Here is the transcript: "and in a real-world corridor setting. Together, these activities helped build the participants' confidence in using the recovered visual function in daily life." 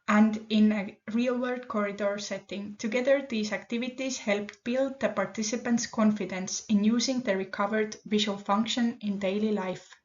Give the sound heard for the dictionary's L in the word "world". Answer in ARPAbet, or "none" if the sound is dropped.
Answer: none